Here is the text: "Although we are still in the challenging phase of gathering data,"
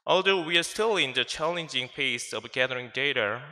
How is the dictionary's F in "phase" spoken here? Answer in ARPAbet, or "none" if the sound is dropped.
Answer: P